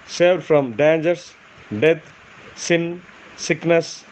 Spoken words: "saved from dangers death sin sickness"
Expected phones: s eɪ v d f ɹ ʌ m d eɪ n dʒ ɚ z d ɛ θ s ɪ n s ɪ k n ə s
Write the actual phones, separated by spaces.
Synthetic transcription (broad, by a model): s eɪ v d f ɹ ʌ m d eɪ n dʒ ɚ s d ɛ t s ɪ n s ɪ k n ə s